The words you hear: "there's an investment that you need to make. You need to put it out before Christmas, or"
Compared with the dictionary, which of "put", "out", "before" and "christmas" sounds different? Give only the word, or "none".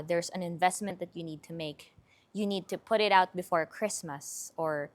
none